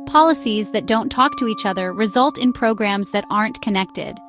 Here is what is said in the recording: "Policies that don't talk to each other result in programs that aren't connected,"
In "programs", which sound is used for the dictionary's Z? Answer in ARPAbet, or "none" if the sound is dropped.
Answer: Z